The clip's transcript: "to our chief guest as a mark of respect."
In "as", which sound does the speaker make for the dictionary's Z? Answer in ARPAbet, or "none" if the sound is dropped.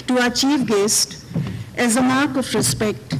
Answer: Z